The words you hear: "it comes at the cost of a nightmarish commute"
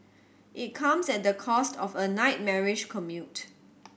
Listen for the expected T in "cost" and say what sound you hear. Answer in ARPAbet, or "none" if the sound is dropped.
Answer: T